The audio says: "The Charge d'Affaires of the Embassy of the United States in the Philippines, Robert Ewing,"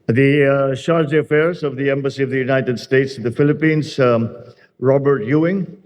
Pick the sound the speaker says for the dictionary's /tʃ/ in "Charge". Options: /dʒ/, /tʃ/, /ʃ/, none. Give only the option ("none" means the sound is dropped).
/ʃ/